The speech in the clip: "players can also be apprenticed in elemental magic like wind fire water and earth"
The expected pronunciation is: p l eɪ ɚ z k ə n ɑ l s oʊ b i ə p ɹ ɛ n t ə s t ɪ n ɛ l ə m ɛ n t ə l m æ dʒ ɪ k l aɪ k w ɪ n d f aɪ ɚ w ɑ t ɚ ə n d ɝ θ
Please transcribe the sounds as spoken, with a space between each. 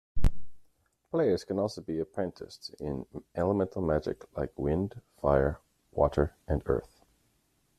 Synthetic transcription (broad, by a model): p l eɪ ɚ z k ə n ɑ l s oʊ b i ə p ɹ ɛ n t ə s t ɪ n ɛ l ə m ɛ n t l m æ dʒ ɪ k l aɪ k w ɪ n d f aɪ ɚ w ɑ t ɚ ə n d ɝ θ